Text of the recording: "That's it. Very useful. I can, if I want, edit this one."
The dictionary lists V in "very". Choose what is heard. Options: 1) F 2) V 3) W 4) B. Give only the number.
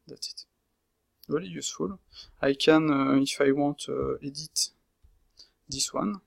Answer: 3